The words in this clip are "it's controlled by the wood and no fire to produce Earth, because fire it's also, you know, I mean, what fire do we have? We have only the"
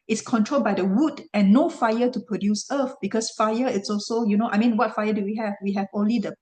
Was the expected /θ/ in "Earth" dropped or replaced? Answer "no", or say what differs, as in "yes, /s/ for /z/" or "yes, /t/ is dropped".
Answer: yes, /f/ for /θ/